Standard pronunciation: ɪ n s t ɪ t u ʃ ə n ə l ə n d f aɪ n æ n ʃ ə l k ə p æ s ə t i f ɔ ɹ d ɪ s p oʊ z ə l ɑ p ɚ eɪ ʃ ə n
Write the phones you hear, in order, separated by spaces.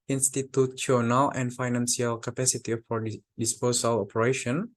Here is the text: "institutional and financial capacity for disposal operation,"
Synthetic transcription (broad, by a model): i n s t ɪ t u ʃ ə n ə l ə n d f aɪ n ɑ n s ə l k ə p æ s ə t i f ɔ ɹ d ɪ s p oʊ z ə l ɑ p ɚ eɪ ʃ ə n